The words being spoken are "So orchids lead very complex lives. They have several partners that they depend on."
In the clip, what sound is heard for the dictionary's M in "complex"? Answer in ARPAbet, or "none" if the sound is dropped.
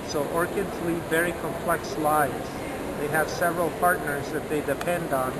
M